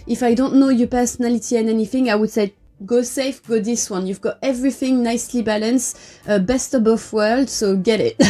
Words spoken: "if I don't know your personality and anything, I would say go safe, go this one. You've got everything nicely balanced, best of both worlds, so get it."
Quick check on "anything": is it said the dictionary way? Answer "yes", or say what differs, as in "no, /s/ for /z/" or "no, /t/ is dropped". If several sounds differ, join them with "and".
yes